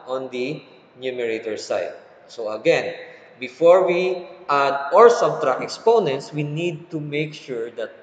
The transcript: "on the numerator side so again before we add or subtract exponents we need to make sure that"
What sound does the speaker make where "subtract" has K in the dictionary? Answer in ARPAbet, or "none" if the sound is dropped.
none